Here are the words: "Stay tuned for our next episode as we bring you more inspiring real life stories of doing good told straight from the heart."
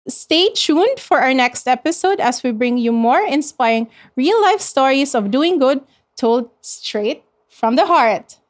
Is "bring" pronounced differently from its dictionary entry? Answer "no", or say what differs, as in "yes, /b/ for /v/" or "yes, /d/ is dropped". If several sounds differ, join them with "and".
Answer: no